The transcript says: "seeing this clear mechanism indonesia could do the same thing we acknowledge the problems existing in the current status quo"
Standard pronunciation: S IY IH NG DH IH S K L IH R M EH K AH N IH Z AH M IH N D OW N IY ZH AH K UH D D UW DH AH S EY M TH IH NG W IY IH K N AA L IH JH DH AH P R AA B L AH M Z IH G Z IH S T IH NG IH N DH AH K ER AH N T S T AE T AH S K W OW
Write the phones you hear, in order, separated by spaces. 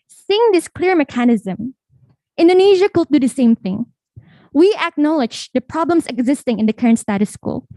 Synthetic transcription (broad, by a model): S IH NG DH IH S K L IH R M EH K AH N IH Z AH M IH N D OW N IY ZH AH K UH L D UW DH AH S EY M TH IH NG W IY IH K N AA L IH JH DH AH P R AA B L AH M S IH G Z IH S T IH NG IH N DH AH K ER AH N T S T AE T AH S K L